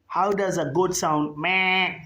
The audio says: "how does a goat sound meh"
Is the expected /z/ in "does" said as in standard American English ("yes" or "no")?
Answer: yes